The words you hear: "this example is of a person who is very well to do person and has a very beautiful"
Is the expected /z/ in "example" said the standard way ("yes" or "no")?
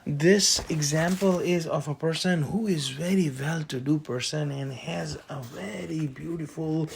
yes